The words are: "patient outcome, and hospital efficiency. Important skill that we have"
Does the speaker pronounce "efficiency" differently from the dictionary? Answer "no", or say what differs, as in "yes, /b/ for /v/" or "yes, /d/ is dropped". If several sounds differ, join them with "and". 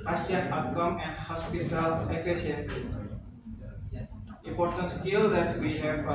yes, /n/ is dropped